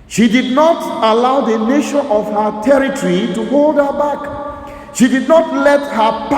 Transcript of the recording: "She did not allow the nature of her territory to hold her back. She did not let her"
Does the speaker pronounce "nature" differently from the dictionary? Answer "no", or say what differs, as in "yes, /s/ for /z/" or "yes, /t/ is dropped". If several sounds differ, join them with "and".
yes, /ʃ/ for /tʃ/